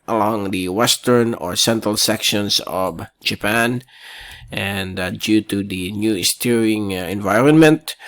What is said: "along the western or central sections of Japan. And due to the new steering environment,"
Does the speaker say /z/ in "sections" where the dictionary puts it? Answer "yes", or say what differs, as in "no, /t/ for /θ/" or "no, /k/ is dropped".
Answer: no, /s/ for /z/